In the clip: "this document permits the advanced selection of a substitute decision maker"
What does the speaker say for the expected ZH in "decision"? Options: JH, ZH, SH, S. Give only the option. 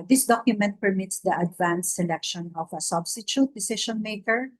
SH